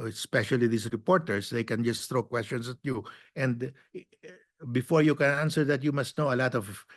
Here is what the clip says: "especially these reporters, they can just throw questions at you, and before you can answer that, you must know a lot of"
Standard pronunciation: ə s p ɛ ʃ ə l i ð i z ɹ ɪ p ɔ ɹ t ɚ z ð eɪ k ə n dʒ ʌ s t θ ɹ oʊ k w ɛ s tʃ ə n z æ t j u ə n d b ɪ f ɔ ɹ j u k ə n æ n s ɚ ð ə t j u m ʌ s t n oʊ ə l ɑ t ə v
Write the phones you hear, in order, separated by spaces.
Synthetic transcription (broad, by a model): s p ɛ ʃ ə l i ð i s ɹ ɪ p ɔ ɹ t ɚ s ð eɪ k ə n dʒ ʌ s t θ ɹ oʊ k w ɛ s tʃ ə n s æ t j u ə n d b ɪ f ɔ ɹ j u k ə n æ n s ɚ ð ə t j u m ʌ s t n oʊ ə l ɑ t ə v